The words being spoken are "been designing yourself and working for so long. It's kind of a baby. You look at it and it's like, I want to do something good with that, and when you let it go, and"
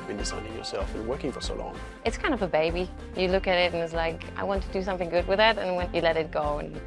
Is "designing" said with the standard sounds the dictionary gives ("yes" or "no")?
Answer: no